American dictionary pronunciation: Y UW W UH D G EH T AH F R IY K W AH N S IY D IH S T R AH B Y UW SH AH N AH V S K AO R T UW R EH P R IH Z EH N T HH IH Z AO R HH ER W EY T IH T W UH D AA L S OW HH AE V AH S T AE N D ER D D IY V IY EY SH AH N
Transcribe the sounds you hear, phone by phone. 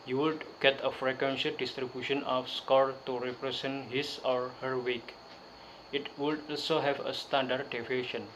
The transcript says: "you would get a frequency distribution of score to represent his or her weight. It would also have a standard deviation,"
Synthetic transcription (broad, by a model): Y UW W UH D G EH T AH F R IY K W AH N SH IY D IH S T R AH B Y UW SH AH N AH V S K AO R T UW R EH P R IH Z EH N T HH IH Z AO R HH ER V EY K IH T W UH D AA L S OW HH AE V AH S T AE N D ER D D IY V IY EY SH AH N